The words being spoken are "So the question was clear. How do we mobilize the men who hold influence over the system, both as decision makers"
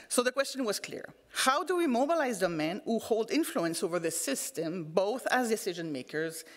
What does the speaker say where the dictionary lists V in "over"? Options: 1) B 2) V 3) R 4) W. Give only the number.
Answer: 2